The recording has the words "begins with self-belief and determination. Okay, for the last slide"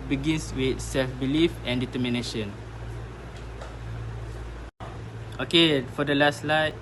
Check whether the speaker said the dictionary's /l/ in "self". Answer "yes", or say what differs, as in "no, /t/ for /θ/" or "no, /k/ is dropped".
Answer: yes